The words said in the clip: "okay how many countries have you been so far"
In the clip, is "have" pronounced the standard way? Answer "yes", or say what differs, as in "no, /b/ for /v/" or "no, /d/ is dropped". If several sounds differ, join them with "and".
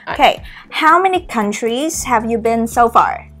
yes